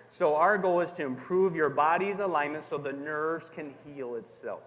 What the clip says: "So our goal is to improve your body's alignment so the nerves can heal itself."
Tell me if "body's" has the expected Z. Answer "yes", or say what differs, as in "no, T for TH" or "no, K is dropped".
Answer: yes